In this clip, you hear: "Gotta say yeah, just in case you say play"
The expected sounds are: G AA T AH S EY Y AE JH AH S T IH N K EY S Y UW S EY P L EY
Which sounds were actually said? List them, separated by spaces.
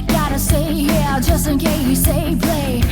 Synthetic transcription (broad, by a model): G AA T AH S EY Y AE JH AH S T IH N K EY Y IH S EY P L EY